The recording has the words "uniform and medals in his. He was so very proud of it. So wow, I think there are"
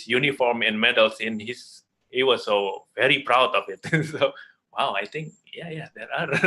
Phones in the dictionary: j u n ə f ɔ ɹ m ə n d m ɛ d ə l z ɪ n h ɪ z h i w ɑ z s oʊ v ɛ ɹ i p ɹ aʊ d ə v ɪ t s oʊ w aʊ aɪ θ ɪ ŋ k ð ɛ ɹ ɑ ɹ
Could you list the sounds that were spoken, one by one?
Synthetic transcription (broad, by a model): j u n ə f ɔ ɹ m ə n m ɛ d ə l s ɪ n h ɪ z h i w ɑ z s oʊ v ɛ ɹ i p ɹ aʊ d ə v ɪ t s oʊ w aʊ aɪ t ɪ ŋ k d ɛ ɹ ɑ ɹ